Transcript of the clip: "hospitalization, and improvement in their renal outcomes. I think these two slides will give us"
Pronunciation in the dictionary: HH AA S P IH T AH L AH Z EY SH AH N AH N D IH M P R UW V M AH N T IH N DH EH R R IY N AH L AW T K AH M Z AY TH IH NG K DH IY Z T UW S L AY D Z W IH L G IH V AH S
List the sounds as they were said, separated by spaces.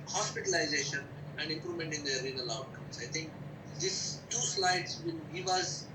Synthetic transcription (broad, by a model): HH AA S P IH T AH L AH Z EY SH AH N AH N D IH M P R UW M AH N T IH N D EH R R IY N AH L AW T K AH M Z AY T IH NG K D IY S T UW S L AY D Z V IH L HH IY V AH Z